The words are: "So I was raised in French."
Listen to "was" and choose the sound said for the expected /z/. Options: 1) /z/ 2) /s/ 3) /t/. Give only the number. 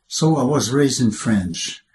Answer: 1